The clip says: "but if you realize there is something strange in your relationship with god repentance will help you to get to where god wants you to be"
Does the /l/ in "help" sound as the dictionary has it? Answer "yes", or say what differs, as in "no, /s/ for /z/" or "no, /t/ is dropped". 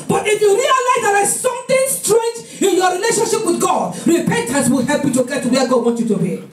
yes